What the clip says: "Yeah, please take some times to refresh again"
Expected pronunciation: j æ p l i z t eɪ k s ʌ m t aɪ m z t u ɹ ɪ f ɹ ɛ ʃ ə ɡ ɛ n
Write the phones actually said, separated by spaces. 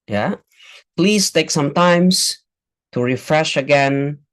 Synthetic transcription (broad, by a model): j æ p l i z t eɪ k s ʌ m t aɪ m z t u ɹ ɪ f ɹ ɛ ʃ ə ɡ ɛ n